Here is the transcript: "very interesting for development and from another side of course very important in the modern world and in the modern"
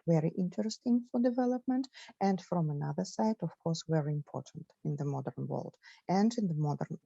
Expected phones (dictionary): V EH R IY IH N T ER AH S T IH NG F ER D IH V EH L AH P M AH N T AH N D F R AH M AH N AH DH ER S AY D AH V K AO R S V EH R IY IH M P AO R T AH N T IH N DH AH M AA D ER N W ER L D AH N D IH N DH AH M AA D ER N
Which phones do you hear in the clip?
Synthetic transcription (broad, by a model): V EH R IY IH N T ER AH S T IH NG F ER D IH V EH L AH P M AH N T AH N D F R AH M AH N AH DH ER S AY D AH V K AO R S V EH R IY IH M P AO R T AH N T IH N DH AH M AA D ER N W ER L D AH N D IH N DH AH M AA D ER N